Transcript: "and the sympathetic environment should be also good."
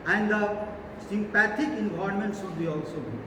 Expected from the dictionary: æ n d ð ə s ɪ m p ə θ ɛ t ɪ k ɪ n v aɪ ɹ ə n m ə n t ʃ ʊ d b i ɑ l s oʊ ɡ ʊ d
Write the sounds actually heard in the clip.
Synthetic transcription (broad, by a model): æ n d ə s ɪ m p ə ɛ t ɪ k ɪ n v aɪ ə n m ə n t s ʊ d b i ɑ l s oʊ